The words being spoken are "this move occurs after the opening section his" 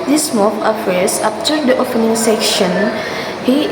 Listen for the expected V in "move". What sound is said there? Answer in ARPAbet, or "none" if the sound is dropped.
F